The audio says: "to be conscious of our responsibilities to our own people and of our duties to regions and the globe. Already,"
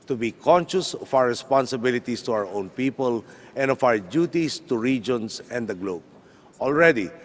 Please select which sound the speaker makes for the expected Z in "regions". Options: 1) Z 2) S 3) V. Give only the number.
2